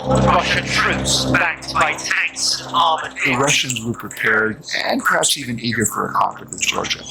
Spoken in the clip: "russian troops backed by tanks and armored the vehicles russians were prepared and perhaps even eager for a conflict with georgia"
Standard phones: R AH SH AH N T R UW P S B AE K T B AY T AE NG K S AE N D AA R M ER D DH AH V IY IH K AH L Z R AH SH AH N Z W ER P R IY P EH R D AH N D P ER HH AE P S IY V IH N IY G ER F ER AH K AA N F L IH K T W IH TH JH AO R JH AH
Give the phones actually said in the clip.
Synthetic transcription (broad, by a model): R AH SH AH N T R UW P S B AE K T B AY T AE NG K S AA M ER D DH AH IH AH R AH SH AH N Z W ER P R IY P EH R D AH N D P ER HH AE P S IY V IH N IY G ER F ER AH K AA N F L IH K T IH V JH AO R JH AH